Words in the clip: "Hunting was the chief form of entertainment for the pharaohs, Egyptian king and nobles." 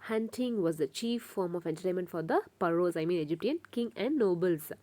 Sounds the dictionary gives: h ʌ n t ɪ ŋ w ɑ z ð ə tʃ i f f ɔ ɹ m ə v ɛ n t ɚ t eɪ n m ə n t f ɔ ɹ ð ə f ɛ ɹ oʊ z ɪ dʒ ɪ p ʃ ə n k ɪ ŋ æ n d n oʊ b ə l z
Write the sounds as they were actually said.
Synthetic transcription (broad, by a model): h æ n t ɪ ŋ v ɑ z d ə tʃ i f f ɔ ɹ m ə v ɛ n t ɚ t eɪ n m ə n t f ɔ ɹ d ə p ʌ ɹ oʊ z ɪ dʒ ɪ p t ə n k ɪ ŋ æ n d n oʊ b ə l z